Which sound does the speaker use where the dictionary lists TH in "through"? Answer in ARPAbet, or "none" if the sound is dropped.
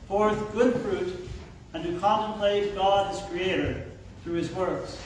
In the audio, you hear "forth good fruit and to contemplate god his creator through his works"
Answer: TH